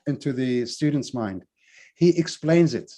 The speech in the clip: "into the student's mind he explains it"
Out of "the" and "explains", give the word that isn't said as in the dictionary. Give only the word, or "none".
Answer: none